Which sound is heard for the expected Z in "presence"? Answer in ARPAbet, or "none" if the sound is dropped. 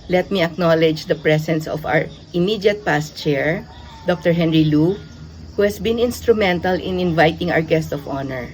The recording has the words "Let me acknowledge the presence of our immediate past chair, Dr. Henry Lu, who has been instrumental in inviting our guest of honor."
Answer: S